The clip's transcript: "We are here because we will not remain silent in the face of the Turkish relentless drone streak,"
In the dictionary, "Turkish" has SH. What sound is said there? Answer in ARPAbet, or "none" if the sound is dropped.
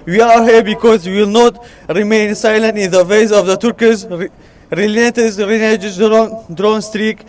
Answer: S